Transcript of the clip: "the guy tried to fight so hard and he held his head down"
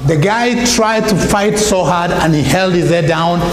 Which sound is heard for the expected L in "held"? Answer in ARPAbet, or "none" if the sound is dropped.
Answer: L